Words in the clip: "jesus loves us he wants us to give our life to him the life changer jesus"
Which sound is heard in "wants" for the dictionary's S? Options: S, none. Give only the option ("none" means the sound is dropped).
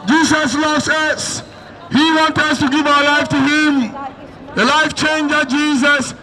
none